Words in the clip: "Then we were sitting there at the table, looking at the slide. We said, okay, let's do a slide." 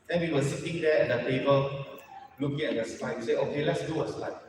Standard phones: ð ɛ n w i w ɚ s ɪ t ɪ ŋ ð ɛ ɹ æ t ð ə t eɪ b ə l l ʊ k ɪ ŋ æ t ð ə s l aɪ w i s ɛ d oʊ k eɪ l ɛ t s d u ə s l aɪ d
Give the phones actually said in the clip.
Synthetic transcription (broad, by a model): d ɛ n w i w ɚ s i t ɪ ŋ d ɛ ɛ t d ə t eɪ b ə l l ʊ k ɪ ŋ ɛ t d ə s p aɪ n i s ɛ oʊ k eɪ l ɛ t s d u ə s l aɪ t